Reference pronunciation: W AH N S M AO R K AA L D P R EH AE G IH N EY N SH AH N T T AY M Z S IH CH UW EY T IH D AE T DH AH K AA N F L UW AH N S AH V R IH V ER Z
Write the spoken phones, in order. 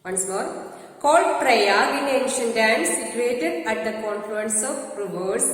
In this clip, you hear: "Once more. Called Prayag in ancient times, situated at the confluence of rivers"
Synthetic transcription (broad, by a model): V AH N S M AO R K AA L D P R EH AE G IH N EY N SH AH N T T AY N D S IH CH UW EY T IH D AE T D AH K AA N F L UW AH N S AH P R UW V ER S